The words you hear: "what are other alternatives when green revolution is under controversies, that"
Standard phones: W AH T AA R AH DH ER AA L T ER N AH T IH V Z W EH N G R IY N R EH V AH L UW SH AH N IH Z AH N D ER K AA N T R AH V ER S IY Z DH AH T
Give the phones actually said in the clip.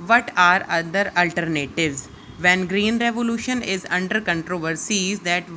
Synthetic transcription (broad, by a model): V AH T AA R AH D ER AA L T ER N AH T IH V Z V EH N G R IY N R EH V AH L UW SH AH N IH Z AH N D ER K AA N T R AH V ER S IY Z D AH T